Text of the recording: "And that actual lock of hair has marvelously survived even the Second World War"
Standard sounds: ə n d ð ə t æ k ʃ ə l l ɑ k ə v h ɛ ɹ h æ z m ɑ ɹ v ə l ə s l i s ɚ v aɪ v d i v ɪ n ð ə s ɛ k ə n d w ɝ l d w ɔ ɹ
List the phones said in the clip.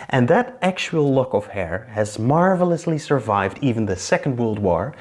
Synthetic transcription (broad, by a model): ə n ð ə t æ k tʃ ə l l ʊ k ə v h ɛ ɹ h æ z m ɑ ɹ v ə l ə s l i s ɚ v aɪ v d i v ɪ n ð ə s ɛ k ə n d w ɝ l d w ɔ ɹ